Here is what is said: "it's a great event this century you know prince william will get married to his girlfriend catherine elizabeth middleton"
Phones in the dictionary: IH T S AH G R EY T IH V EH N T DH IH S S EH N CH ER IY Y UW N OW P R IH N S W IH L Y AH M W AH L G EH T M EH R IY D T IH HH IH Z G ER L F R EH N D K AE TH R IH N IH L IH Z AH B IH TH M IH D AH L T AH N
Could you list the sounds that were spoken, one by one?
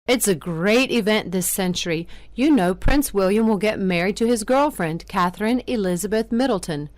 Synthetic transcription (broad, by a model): IH T S AH G R EY T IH V EH N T DH IH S S EH N CH ER IY Y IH N OW P R IH N S W IH L Y AH M W AH L G EH T M EH R IY D T IH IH Z G ER L F R EH N D K AE TH R IH N IH L IH Z AH B IH TH M IH D L T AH N